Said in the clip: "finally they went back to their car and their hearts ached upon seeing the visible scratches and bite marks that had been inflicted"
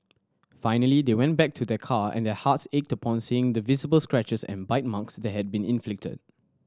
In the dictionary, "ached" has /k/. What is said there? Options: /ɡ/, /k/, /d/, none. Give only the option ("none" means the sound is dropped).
/k/